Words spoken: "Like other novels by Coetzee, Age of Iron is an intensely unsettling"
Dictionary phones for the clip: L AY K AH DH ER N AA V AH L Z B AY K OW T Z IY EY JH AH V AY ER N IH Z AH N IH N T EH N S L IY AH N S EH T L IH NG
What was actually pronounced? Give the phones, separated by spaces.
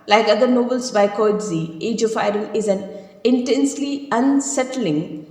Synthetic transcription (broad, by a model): L AY K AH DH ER N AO B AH L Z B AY K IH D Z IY EY JH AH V AY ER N IH Z AH N IH N T EH N S L IY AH N S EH T L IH NG